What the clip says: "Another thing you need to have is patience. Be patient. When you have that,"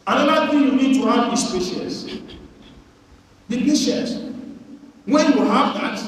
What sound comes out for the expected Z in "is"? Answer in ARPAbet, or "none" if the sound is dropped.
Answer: S